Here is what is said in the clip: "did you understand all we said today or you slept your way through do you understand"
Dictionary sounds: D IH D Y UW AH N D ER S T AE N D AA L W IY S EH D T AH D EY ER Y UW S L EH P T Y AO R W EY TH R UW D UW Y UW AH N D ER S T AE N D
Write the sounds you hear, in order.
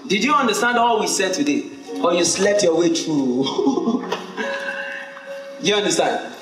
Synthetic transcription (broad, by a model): D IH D Y UW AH N D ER S T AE N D AA L W IY S EH D T AH D EY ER Y UW S L EH P T Y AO W EY T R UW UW Y UW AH N D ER S T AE N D